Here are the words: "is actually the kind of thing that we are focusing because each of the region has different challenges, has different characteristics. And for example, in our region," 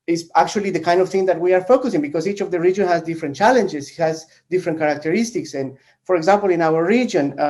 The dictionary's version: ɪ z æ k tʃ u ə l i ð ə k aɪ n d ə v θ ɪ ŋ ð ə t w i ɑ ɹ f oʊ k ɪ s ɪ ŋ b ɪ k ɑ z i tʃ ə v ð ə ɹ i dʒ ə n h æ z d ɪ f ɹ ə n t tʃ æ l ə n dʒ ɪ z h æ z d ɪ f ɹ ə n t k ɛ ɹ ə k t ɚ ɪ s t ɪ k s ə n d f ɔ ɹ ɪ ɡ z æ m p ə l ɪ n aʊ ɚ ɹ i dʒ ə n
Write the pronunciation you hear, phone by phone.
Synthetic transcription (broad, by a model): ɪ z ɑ k tʃ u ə l i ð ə k aɪ n d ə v θ ɪ ŋ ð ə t w i ɑ ɹ f oʊ k ɪ s ɪ ŋ b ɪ k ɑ s i tʃ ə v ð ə ɹ i dʒ ə n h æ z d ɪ f ɹ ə n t tʃ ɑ l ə n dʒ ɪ s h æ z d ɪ f ɹ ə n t k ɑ ɹ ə k t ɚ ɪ s t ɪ k s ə n f ɔ ɹ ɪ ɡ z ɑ m p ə l ɪ n aʊ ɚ ɹ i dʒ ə n